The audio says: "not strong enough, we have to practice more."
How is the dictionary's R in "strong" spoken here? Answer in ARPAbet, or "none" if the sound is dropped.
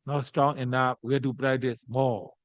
R